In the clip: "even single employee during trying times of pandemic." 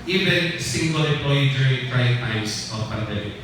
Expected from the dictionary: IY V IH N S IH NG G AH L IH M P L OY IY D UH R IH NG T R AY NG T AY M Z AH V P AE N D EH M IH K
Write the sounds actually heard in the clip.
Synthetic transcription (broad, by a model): IY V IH N S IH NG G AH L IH P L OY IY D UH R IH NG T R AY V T AY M S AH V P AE N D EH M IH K